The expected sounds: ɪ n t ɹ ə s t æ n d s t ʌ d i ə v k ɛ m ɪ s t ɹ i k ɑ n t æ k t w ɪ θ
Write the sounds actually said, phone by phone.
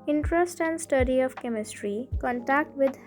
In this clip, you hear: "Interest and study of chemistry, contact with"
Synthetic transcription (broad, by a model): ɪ n t ɹ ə s t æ n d s t ʌ d i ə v k ɛ m ɪ s t ɹ i k ɑ n t æ k t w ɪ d